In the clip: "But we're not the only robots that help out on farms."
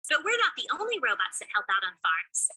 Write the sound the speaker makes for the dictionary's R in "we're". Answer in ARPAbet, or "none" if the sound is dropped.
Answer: R